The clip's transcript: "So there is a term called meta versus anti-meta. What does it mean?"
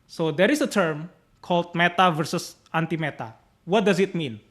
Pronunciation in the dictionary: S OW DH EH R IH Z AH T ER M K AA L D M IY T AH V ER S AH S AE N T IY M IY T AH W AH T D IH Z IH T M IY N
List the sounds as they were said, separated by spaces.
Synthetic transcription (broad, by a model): S OW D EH R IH S AH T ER M K AA L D M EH T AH V ER S AH S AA N T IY M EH T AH W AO T D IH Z IH T M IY N